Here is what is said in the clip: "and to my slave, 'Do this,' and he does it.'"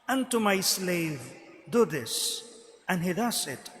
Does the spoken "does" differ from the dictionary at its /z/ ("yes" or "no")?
yes